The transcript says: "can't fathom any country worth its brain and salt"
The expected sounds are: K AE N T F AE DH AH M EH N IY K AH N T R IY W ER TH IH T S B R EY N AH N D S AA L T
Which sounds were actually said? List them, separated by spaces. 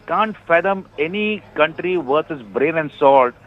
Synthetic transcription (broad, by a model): K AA N T F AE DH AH M EH N IY K AH N T R IY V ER S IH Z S B R EY N AH N D S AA L T